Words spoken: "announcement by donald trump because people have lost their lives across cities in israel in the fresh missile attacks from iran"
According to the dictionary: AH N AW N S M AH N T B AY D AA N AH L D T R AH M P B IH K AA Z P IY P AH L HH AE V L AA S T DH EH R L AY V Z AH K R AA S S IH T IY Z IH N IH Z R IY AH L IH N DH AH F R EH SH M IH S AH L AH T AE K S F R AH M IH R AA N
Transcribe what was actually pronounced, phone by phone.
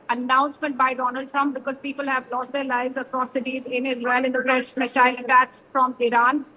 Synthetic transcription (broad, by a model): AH N AW N S M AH N T B AY D AA N AH L D T R AH M P B IH K AA Z P IY P AH L HH AE V L AA S T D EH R L AY V Z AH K R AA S S IH T IY Z IH N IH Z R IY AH L IH N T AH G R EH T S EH SH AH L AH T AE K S F R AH M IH R AA N